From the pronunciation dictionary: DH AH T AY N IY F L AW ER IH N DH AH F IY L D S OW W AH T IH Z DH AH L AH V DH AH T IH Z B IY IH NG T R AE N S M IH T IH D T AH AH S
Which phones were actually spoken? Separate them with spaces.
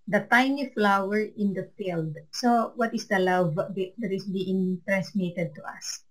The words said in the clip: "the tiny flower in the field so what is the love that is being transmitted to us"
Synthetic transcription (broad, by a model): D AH T AY N IY F L AW ER IH N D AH F IY L D S OW W AH T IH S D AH L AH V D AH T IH S B IY IH NG T R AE N S M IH T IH D T AH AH S